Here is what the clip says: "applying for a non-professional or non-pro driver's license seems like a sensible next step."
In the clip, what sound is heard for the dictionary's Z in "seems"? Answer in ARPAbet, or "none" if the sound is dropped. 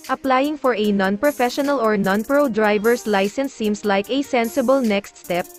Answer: S